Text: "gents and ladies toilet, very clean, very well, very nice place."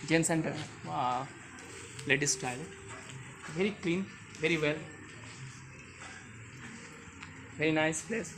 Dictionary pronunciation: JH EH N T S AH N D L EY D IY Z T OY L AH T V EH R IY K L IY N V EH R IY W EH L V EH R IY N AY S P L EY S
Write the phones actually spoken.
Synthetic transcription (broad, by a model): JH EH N S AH N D L EY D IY S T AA AH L V EH R IY K L IY N V EH R IY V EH L V EH R IY N AY S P L EY S